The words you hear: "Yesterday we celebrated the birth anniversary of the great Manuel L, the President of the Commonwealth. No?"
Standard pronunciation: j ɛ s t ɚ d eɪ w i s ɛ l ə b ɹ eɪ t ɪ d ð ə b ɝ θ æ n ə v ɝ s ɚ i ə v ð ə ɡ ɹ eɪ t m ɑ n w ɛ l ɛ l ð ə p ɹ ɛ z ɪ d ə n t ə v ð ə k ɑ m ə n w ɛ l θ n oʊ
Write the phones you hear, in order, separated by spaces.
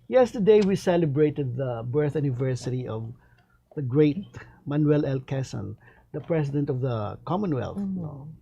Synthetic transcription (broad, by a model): j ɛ s t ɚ d eɪ w i s ɛ l ə b ɹ eɪ t ɪ d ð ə b ɝ θ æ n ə v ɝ s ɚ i ə v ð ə ɡ ɹ eɪ t m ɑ n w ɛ l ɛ l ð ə p ɹ ɛ s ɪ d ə n t ə v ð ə k ɑ m ə n w ɛ l θ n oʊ